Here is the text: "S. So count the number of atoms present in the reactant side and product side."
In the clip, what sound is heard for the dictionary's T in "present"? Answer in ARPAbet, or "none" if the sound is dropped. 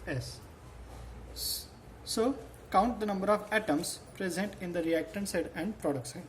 T